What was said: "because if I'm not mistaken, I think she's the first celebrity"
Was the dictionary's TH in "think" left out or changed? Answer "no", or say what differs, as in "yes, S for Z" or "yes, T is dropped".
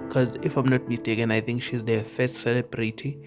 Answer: yes, T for TH